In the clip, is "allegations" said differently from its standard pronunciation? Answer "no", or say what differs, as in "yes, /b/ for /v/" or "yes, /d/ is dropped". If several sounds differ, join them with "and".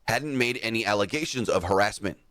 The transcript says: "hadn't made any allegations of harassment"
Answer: no